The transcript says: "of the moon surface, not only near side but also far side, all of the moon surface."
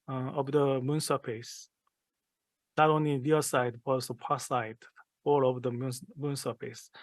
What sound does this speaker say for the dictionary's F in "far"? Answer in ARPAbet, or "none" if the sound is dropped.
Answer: P